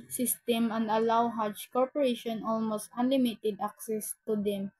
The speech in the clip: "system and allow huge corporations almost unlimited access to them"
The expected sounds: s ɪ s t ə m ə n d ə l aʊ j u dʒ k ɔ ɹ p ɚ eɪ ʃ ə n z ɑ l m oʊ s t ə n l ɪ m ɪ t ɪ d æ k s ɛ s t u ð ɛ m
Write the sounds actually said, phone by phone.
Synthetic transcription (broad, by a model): s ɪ s t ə m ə n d ə l aʊ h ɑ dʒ k ɔ ɹ p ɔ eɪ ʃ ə n ɑ l m oʊ s t ə n l ɪ m ɪ t ɪ d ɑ k s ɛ s t u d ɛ m